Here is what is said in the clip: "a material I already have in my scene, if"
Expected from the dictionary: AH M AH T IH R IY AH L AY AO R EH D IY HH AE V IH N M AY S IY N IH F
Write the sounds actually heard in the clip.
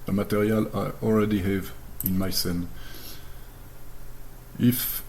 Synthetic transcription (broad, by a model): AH M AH T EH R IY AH L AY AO L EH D IY HH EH V IH N M AY S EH N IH F